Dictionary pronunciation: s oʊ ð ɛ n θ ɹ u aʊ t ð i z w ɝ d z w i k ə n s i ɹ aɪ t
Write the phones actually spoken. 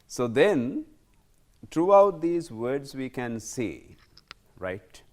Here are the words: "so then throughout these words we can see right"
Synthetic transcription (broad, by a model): s oʊ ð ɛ n t ɹ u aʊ t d i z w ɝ d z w i k ə n s i ɹ aɪ t